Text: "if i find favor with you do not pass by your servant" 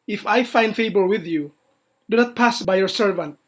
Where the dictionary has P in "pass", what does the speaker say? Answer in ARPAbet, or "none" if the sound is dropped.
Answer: P